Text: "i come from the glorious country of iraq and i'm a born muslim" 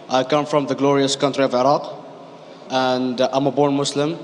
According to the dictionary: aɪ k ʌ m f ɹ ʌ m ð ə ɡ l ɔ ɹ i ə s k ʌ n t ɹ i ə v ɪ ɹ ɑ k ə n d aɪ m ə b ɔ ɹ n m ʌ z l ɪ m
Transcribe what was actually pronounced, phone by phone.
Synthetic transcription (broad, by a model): aɪ k ʌ m f ɹ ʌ m ð ə ɡ l ɔ ɹ i ə s k ʌ n t ɹ i ə v ɪ ɹ ɑ k ə n d aɪ m ə b ɔ ɹ n m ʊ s l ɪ m